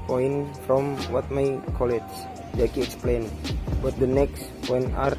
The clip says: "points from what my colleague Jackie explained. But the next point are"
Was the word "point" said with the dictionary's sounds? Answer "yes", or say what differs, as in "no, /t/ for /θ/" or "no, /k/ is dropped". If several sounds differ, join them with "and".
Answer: no, /t/ is dropped